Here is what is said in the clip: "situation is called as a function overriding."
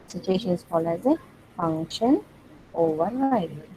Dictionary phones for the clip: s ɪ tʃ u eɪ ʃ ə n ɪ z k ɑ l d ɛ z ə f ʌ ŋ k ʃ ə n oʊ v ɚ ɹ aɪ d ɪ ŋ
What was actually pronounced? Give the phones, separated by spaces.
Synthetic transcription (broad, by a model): s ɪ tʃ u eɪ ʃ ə n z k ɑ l ɛ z ə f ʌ ŋ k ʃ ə n oʊ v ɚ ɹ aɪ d